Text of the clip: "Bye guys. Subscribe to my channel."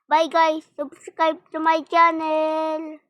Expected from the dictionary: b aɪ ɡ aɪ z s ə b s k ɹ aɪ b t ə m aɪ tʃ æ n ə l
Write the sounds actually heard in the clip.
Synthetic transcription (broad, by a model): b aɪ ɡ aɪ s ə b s k aɪ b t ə m aɪ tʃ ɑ n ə l